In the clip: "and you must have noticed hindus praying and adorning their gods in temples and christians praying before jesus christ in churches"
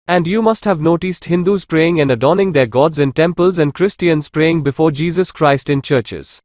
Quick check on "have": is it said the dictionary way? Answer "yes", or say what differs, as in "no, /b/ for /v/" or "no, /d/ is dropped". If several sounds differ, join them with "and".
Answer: yes